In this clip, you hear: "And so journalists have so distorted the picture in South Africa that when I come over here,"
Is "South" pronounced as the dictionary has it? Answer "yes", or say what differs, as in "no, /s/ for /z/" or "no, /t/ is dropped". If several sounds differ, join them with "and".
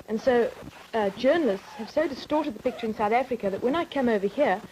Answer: yes